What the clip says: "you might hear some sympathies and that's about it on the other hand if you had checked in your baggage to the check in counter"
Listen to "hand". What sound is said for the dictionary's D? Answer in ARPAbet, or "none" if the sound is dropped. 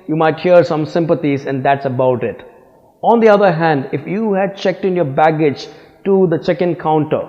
D